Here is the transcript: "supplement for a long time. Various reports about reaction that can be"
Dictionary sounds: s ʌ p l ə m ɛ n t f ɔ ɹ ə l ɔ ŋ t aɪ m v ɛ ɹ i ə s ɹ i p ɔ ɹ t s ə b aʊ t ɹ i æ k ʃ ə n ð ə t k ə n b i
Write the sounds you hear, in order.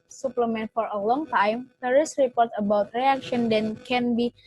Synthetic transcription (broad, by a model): s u p l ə m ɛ n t f ɔ ɹ ə l ɔ ŋ t aɪ m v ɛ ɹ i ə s ɹ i p ɔ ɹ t ə b aʊ t ɹ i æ k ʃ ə n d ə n k ə n b i